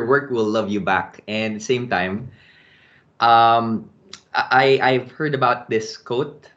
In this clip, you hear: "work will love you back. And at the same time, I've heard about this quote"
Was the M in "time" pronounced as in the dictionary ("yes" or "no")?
no